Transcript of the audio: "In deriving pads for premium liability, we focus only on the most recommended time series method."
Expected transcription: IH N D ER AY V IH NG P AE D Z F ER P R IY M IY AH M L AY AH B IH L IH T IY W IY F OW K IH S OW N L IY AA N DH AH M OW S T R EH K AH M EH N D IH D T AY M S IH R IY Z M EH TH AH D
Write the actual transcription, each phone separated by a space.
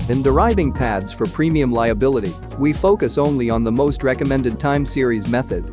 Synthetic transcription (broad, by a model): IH N D ER AY V IH NG P AE D Z F ER P R IY M IY AH M L AY AH B IH L IH T IY W IY F OW K IH S OW N L IY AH N DH AH M OW S T R EH K AH M EH N D IH D T AY M S IH R IY Z M EH TH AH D